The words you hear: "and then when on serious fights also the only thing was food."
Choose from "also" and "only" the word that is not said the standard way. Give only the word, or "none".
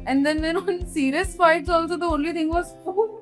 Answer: none